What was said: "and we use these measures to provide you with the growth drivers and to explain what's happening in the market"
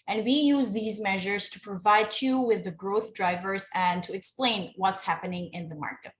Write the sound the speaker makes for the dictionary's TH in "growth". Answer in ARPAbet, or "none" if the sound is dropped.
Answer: TH